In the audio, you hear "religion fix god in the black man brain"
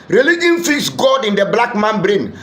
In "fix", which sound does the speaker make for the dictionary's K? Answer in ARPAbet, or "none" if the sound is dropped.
none